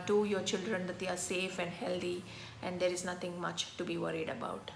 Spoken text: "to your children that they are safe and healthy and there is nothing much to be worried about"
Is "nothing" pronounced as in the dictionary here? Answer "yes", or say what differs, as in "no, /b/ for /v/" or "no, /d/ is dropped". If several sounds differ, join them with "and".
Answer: no, /t/ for /θ/